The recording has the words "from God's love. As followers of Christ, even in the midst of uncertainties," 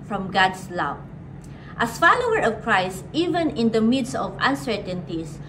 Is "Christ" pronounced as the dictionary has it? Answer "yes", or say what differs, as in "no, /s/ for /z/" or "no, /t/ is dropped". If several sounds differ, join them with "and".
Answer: yes